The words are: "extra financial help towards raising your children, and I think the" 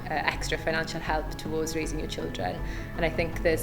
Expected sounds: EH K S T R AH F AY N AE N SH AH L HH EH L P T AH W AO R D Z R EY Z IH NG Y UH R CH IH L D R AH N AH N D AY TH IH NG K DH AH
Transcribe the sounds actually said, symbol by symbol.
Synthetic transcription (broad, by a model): EH K S T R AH F AY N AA N SH AH L HH EH L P T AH W AO D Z R EY Z IH NG Y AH CH IH L D R AH N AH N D AY TH IH NG K DH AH